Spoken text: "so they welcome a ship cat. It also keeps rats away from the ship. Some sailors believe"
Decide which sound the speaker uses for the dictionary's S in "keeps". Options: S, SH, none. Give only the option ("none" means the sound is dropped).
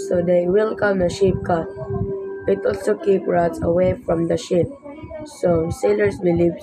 none